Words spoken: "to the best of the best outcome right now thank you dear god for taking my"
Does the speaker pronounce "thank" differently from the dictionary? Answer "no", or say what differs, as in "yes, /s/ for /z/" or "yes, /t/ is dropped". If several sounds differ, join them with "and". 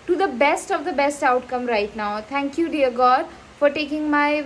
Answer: yes, /t/ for /θ/